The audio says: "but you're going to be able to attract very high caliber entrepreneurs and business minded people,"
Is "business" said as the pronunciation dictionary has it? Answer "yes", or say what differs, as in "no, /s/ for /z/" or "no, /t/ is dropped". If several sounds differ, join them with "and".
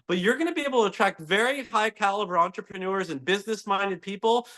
yes